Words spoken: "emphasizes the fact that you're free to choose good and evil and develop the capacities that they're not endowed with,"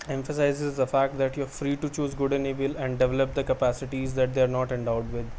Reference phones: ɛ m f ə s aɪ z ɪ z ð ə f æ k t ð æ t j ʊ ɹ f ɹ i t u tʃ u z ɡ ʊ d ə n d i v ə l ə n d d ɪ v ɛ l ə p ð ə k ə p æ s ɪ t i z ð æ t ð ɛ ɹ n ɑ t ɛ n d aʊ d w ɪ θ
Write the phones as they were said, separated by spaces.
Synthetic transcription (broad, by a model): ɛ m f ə s aɪ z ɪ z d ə f æ k t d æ t j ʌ ɹ f ɹ i t u tʃ u z ɡ ʊ d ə n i b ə l ə n d d ɪ v ɛ l ə p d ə k ə p æ s ɪ t i z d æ t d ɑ ɹ n ɑ t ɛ n d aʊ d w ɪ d